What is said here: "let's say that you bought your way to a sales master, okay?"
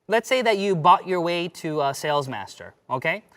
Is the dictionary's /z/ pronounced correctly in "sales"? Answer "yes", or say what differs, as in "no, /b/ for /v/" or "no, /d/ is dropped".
yes